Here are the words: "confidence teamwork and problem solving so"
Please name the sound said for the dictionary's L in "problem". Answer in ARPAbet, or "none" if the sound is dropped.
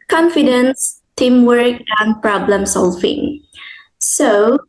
L